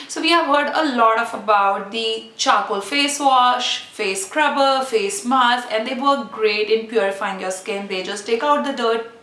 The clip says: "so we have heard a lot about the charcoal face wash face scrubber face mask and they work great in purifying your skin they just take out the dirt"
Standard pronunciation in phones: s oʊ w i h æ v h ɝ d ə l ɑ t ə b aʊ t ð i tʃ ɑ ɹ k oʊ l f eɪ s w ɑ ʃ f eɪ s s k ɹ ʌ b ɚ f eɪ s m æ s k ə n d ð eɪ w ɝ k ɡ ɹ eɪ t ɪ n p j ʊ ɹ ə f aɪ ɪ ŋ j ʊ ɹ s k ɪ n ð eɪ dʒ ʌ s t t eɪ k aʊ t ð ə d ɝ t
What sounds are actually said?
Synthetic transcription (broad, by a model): s oʊ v i h æ v h ɝ d ə l ɑ t ə b aʊ t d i tʃ ɑ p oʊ l f eɪ s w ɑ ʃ f eɪ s s k ɹ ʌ b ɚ f eɪ s m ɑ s ə n d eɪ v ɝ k ɡ ɹ eɪ t ɪ n p j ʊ ɹ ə f aɪ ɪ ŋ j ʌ s k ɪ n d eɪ dʒ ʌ s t t eɪ k aʊ t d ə d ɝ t